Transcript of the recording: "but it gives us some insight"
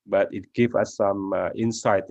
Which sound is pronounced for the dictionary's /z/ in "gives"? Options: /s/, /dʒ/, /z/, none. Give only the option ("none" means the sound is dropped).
none